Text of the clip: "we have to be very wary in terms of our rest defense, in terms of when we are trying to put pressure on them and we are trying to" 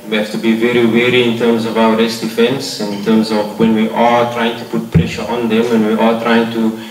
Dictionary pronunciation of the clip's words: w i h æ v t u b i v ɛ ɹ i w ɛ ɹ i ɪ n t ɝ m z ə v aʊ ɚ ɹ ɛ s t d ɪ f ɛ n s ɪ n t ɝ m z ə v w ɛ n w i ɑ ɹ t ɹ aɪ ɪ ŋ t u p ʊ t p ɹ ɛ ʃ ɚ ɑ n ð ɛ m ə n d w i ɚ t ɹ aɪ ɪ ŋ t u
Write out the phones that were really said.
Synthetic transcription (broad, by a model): w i h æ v t u b i v ɛ ɹ i w ɛ ɹ i ɪ n t ɝ m z ə v aʊ ɚ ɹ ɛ s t d ɪ f ɛ n s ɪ n t ɝ m z ə v w ɛ n w i ɑ ɹ t ɹ aɪ ɪ ŋ t u p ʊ t p ɹ ɛ ʃ ɚ ɑ n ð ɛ m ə n w i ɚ t ɹ aɪ ɪ ŋ t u